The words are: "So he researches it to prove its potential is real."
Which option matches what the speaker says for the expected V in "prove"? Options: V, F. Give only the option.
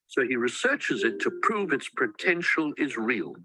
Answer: V